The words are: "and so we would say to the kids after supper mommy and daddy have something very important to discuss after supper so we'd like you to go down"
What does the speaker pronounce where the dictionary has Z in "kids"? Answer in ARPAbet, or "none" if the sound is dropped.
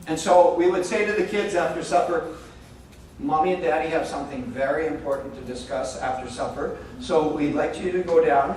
Z